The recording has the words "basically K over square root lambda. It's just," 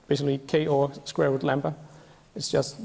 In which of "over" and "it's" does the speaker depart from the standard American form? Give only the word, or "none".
over